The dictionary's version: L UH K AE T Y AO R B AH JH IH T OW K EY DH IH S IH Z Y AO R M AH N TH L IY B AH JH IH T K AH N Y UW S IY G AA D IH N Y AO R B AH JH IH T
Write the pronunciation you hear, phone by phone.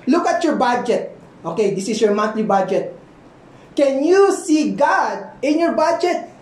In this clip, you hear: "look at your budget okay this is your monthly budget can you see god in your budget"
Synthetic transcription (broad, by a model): L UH K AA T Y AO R B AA JH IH T OW K EY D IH S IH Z Y AO R M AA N T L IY B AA JH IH T K AH N Y UW S IY G AA D IH N Y AO R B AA JH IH T